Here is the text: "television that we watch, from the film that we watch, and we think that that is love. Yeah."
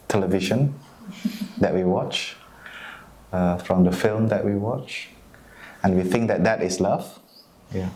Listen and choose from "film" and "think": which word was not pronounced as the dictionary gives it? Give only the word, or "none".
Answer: none